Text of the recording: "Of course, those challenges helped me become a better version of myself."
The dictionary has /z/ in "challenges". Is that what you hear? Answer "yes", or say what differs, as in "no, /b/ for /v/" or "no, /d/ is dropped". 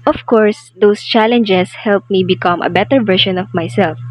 no, /s/ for /z/